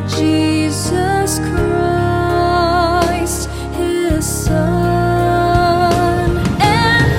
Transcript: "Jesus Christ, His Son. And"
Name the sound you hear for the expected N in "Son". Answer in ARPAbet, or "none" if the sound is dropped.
none